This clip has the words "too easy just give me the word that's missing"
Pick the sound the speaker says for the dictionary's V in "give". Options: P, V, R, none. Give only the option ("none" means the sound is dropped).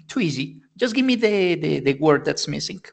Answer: V